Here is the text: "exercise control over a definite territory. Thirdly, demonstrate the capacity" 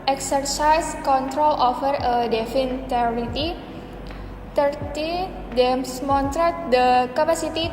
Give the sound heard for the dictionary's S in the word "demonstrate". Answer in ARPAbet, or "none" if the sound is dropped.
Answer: none